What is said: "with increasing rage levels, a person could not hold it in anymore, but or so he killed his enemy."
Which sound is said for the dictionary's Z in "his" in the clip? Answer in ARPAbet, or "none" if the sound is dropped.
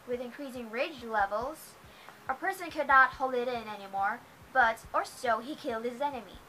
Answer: Z